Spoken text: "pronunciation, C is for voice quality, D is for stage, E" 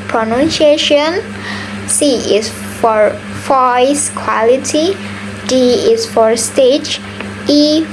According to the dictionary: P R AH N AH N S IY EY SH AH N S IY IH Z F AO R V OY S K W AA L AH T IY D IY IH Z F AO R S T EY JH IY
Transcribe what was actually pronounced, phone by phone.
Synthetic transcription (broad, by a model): P R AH N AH N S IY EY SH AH N S IY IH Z F AO R F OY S K W AA L AH T IY D IY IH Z F AO R S T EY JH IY